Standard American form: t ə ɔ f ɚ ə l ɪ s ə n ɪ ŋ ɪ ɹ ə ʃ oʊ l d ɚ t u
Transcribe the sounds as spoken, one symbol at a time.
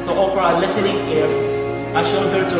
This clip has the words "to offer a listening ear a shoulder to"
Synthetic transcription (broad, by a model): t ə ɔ p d ə l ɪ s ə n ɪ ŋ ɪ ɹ ə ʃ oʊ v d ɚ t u